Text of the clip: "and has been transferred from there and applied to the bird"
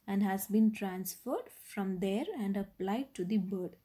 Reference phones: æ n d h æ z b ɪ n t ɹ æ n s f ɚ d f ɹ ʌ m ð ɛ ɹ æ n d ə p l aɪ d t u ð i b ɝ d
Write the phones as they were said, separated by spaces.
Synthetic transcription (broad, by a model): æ n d h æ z b ɪ n t ɹ æ n s f ɚ d f ɹ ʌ m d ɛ ɹ æ n d ə p l aɪ d t u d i b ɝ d